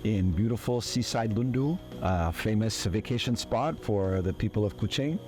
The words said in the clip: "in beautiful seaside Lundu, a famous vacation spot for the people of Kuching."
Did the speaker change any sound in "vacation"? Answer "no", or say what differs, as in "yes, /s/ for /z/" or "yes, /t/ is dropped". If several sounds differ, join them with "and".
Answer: no